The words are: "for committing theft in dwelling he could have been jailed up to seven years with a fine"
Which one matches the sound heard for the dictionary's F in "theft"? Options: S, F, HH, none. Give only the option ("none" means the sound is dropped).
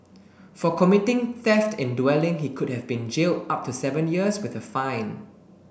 F